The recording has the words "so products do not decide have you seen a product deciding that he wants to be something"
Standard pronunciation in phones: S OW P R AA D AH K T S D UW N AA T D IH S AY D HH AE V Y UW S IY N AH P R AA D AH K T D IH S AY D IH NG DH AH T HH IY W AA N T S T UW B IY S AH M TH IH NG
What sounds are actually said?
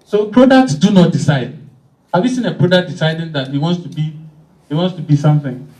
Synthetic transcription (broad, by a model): S OW P R AA D AH K T S D UW N AA T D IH S AY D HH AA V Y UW S IY N AH P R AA D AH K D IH S AY D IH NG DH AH T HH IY W AA N T S T UW B IY S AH M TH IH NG